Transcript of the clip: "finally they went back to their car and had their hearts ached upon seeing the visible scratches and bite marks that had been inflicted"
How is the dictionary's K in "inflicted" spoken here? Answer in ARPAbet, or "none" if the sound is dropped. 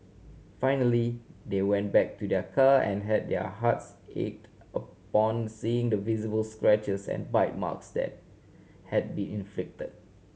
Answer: K